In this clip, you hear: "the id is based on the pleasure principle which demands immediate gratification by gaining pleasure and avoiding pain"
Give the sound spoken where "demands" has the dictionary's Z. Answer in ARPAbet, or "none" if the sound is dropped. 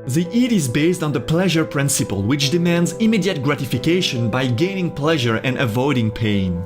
Z